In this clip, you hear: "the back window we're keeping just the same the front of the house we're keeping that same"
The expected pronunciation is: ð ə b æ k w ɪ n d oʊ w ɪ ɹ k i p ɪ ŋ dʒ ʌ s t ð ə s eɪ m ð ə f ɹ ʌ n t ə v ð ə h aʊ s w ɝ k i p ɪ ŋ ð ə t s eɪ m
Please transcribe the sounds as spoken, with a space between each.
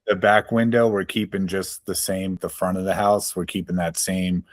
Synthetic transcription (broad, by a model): ð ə b æ k w ɪ n d oʊ w ɪ ɹ k i p ɪ ŋ dʒ ʌ s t ð ə s eɪ m ð ə f ɹ ʌ t ə v ð ə h aʊ s w ɝ k i p ɪ ŋ ð ə t s eɪ m